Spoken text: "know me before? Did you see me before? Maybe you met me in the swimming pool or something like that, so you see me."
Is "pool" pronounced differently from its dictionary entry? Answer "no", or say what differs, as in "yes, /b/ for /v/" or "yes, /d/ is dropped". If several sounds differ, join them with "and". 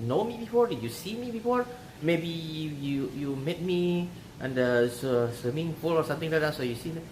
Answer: yes, /f/ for /p/